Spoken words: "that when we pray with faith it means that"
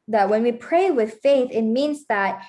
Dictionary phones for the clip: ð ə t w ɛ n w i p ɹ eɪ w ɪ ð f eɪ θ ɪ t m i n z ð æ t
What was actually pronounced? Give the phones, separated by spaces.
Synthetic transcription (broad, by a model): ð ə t w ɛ n w i p ɹ eɪ w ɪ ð f eɪ θ ɪ t m i n z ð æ t